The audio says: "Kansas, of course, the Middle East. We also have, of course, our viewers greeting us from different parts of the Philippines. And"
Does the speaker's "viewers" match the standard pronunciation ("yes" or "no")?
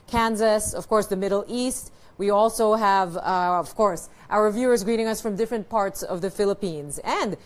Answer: yes